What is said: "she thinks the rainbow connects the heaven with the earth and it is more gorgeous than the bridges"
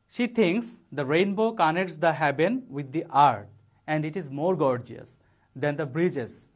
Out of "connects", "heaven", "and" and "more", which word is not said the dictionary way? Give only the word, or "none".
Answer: heaven